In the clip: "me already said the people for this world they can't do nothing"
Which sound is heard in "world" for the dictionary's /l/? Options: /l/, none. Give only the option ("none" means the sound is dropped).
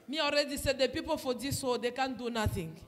none